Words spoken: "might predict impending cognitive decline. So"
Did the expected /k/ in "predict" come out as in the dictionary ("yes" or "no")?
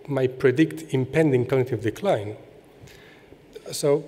yes